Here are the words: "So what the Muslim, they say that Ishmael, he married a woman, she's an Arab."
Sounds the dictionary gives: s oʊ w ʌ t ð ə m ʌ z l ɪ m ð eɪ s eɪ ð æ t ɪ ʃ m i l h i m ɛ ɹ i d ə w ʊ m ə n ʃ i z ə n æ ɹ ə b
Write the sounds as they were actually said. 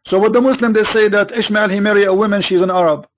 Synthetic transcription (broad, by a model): s oʊ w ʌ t ð ə m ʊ s l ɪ m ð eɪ s eɪ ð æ t ɪ ʃ m i l h i m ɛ ɹ i ə w ʊ m ə n ʃ i z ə n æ ɹ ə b